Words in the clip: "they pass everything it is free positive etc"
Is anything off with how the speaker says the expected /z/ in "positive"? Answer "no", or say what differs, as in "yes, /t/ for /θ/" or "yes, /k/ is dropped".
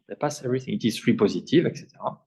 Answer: no